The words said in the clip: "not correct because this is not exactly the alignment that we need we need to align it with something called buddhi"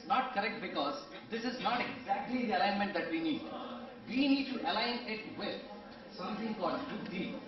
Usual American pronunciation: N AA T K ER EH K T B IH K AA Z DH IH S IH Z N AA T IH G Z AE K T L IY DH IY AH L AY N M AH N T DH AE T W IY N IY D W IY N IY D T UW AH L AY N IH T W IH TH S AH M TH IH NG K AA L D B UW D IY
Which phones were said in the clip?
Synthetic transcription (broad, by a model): N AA T K ER EH K T B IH K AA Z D IH S IH Z N AA T IH G Z AE K T L IY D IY AH L AY N M AH N T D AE T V IY N IY D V IY N IY D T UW AH L AY N IH T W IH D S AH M T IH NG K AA D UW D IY